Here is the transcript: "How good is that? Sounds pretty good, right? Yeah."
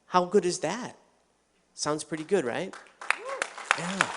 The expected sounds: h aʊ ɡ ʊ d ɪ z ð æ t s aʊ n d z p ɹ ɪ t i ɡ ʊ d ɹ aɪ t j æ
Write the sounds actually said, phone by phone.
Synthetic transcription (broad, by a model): h aʊ ɡ ʊ d ɪ z ð æ t s aʊ n d z p ɹ ɪ t i ɡ ʊ d ɹ aɪ t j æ